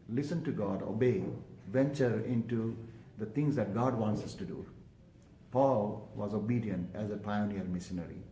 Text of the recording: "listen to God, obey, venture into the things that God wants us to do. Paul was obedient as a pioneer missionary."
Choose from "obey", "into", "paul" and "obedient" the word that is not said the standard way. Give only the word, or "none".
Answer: none